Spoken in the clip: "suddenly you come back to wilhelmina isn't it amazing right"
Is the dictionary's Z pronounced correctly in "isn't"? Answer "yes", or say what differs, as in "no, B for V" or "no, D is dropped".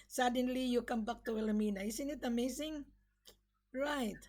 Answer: no, S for Z